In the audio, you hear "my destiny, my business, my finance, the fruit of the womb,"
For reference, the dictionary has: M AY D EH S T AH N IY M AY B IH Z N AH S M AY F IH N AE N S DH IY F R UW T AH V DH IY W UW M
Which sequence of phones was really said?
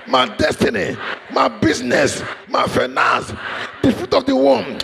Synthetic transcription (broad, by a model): M AY D EH S T AH N IY M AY B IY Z N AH S M AY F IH N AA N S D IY F UW T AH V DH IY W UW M